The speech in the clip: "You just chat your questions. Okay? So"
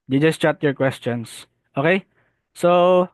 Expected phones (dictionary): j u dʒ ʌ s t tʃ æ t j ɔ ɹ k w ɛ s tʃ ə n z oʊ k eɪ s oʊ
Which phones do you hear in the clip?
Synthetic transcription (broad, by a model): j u dʒ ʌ s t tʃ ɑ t j ɔ ɹ k w ɛ s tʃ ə n s oʊ k eɪ s oʊ